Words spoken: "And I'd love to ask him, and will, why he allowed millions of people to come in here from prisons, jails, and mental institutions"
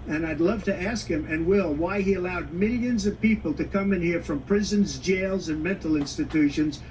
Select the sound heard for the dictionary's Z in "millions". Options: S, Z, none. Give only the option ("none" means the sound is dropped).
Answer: Z